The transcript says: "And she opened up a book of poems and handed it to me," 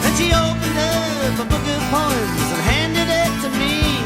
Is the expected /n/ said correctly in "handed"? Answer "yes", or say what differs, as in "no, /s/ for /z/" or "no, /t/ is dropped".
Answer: yes